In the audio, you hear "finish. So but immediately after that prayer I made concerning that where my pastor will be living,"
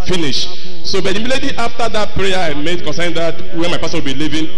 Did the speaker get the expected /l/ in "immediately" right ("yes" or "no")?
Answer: no